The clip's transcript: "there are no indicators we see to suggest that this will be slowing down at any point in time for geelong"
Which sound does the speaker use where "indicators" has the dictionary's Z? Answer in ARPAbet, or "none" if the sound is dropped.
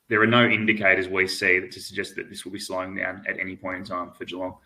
Z